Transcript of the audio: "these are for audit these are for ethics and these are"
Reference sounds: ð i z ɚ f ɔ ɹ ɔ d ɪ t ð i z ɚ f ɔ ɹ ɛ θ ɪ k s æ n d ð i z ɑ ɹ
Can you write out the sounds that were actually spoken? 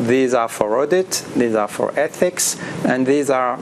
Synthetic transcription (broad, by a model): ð i z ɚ f ɔ ɹ ɔ d ɪ t ð i z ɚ f ɔ ɹ ɛ θ ɪ k s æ n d ð i z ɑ ɹ